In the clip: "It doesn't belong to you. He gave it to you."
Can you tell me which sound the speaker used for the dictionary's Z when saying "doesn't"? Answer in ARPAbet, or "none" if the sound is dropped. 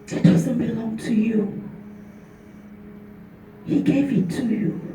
S